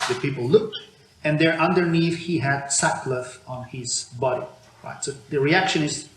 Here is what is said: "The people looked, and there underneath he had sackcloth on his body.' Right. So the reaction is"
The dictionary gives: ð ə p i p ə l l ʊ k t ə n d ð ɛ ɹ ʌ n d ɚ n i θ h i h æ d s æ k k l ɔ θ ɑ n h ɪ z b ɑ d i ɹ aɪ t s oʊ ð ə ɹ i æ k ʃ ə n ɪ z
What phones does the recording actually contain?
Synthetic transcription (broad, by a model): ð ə p i p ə l l ʊ k t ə n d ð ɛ ɹ ʌ n d ɚ n i θ h i h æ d s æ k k l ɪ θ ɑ n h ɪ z b ɑ d i ɹ aɪ t s oʊ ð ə ɹ i æ k ʃ ə n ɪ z